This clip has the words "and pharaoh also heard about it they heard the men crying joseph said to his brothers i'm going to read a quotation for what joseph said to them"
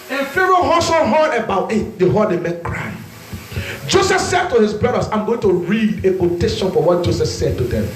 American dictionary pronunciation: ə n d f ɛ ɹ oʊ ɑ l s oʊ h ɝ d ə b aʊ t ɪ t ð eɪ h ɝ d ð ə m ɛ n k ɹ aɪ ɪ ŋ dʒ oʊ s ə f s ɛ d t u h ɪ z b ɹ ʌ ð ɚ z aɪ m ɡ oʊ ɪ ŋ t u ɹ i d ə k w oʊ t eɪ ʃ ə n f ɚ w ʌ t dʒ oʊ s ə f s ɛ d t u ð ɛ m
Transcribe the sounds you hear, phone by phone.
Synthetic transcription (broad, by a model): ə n f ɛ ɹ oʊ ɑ s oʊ h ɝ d ə b aʊ t ɪ t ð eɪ h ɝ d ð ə m ɛ n k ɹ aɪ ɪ dʒ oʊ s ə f s ɛ d t u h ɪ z b ɹ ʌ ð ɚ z aɪ m ɡ oʊ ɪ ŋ t u ɹ i d ə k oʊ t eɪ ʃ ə n f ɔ w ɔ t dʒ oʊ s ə s ɛ d t u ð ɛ m